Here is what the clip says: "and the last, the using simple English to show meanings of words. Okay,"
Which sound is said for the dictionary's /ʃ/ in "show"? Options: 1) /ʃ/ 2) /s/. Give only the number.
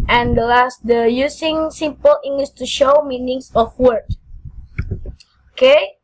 1